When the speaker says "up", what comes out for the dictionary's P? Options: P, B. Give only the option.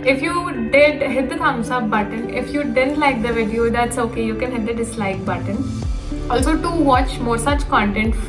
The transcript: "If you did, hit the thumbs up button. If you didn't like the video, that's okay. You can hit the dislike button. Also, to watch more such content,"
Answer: B